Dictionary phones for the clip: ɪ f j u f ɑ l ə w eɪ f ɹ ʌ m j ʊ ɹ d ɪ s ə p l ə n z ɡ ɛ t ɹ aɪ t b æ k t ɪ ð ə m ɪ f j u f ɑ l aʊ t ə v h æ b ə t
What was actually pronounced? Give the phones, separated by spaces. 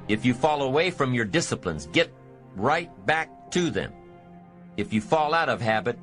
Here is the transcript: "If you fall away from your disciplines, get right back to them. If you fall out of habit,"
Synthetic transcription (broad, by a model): ɪ f j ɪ f ɑ l ə w eɪ f ɹ ʌ m j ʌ ɹ d ɪ s ə p l ə n z ɡ ɛ t ɹ aɪ t b æ k t ɪ ð ə m ɪ f j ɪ f ɑ l aʊ t ə v h æ b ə t